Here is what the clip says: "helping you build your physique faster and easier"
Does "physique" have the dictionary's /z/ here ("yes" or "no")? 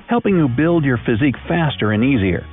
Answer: yes